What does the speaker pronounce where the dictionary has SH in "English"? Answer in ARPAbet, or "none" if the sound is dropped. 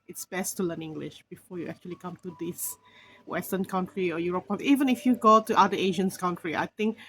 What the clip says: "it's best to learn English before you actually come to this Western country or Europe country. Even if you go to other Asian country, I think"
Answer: SH